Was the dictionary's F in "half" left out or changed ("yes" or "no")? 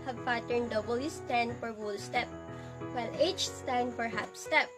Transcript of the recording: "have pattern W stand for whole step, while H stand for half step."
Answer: yes